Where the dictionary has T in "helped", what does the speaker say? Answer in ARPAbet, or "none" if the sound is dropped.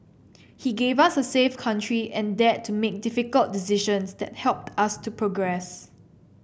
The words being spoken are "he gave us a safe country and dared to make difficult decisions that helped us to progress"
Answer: T